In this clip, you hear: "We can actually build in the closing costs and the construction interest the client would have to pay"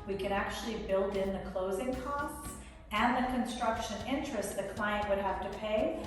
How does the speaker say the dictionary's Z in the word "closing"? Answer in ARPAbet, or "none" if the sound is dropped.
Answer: Z